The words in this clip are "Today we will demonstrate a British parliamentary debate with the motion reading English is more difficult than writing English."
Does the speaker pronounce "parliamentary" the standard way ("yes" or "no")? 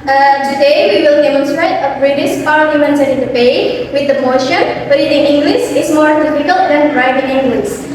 no